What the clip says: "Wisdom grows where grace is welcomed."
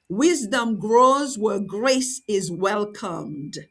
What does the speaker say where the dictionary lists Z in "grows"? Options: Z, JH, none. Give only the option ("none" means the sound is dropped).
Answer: Z